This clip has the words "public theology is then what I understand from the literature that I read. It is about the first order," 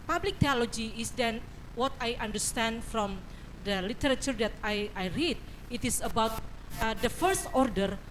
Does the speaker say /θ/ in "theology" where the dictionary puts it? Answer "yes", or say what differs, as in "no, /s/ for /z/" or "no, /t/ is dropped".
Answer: no, /t/ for /θ/